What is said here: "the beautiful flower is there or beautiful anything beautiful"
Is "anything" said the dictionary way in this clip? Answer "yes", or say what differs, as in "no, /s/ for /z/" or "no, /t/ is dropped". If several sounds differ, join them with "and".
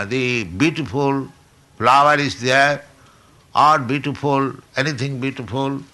no, /t/ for /θ/